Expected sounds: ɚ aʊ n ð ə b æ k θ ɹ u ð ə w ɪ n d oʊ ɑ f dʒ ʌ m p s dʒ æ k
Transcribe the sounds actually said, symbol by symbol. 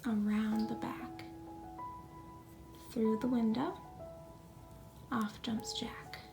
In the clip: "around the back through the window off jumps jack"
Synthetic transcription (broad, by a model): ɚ aʊ n ð ə b æ k θ ɹ u ð ə w ɪ n d oʊ ɑ f dʒ ʌ m p s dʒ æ k